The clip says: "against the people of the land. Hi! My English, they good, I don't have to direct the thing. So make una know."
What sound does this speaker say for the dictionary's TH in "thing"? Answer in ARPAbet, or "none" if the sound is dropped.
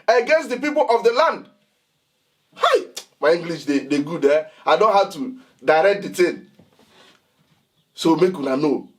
T